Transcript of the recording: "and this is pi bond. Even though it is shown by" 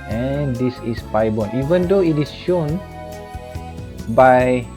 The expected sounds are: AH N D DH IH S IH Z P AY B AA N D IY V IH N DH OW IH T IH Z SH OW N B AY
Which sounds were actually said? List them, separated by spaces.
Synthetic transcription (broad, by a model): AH N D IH S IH S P AY B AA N IY V IH N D OW IH T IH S SH OW N B AY